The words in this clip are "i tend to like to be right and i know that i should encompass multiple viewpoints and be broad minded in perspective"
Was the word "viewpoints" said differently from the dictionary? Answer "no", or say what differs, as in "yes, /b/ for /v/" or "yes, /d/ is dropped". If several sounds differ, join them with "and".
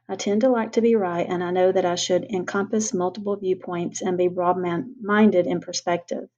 no